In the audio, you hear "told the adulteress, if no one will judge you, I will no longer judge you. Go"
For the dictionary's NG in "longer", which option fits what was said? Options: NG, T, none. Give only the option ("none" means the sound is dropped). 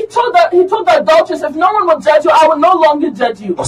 NG